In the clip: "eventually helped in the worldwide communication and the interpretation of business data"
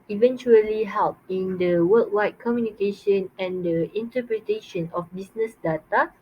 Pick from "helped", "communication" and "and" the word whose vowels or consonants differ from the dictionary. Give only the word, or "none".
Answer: helped